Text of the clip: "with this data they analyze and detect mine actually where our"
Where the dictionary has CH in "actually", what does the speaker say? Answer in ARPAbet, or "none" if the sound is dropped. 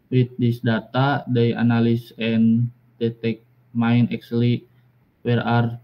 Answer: S